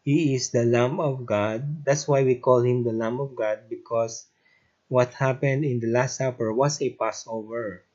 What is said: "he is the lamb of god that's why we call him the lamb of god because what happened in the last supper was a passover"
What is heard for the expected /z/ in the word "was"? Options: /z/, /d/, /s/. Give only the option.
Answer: /s/